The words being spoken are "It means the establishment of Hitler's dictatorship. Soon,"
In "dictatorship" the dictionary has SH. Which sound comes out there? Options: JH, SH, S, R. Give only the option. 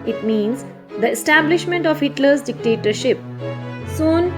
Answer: SH